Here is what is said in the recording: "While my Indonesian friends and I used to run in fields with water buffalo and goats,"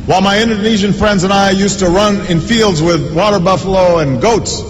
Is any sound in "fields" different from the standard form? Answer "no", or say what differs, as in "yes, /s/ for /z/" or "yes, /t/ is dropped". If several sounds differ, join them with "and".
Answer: no